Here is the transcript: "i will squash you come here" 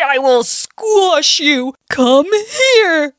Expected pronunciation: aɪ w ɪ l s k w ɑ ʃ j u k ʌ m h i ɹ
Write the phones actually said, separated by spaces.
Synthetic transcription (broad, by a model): aɪ w ɪ l s k w ɑ ʃ j u k ʌ m h i ɹ